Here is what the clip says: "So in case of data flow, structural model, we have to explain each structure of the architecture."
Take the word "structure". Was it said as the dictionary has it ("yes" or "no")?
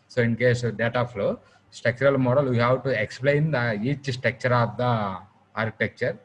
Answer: no